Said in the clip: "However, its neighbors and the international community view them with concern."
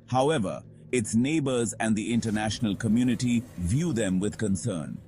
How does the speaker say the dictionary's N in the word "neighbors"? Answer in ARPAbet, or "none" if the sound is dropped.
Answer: N